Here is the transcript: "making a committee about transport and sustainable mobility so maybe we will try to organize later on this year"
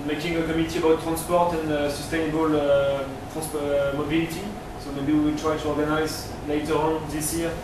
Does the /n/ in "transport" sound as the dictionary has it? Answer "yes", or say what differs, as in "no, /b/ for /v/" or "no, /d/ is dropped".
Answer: yes